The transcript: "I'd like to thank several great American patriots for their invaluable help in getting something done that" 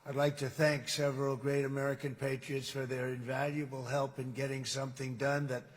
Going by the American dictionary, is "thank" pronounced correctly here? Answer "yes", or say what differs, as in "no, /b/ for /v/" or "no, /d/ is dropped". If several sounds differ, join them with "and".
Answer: yes